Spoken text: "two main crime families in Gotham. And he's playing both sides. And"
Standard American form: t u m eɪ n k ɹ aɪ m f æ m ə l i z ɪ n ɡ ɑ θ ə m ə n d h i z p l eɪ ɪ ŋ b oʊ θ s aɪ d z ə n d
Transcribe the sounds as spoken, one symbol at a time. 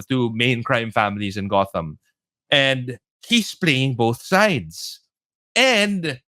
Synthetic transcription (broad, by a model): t u m eɪ n k ɹ aɪ m f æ m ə l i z ɪ n ɡ ɑ θ ə m ə n d h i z p l eɪ ɪ ŋ b oʊ θ s aɪ d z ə n d